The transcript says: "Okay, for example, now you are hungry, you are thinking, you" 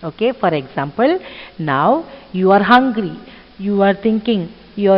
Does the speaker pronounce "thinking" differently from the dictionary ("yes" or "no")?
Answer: yes